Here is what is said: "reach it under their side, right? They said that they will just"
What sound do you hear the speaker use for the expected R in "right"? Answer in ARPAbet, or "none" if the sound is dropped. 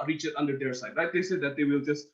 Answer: L